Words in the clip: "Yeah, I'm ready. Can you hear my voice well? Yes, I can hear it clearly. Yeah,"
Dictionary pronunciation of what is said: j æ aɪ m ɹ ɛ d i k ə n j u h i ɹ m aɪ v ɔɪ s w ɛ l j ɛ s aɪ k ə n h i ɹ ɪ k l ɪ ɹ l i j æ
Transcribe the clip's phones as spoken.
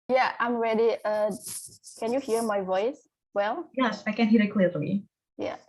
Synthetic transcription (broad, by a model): j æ aɪ m ɹ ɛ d i k ə n j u h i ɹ m aɪ v ɔɪ s w ɛ l j ɛ s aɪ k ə n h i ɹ ɪ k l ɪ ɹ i j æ